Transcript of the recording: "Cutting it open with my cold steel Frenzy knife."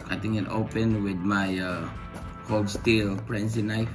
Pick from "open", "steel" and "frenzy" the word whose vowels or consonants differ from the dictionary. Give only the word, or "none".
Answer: frenzy